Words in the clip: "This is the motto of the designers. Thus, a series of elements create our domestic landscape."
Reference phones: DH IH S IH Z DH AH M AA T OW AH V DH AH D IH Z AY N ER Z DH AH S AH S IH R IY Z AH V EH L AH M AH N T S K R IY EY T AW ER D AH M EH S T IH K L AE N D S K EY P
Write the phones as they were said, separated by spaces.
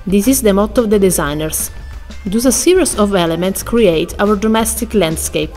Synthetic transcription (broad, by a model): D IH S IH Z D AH M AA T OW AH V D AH D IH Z AY N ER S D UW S AH S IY R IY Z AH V EH L AH M AH N T S K R IY EY T AW ER D AH M EH S T IH K L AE N D S K EY P